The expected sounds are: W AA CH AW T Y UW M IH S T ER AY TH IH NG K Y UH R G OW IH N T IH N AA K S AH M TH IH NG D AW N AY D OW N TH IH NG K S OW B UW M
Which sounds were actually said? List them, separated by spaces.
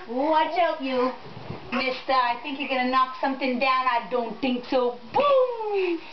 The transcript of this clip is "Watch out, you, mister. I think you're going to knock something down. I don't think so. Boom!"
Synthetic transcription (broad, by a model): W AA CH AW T Y UW M IH S T ER AY TH IH NG K Y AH R G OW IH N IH N AA K S AH M TH IH NG D AW N AY D OW N TH IH NG K S OW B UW M